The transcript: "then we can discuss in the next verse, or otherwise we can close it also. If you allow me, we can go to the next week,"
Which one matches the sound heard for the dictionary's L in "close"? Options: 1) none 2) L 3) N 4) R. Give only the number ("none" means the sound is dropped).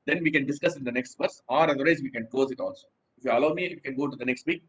1